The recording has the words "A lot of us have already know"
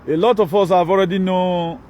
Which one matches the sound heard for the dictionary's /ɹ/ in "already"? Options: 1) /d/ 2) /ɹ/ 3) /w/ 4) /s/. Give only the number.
2